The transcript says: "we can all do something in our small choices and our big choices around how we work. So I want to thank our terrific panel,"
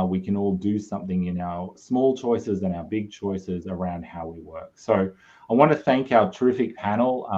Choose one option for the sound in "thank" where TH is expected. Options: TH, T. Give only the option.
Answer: TH